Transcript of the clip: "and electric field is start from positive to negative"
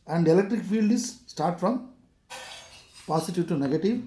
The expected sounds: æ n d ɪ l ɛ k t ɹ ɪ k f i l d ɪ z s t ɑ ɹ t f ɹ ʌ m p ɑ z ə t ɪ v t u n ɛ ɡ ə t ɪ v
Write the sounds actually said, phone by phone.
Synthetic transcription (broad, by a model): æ n d ɪ l ɛ k t ɹ ɪ k f i l d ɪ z s t ɑ ɹ t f ɹ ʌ m p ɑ s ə t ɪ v t u n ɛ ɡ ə t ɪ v